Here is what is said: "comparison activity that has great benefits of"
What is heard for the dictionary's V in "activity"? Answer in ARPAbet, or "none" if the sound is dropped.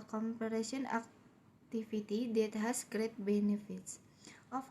F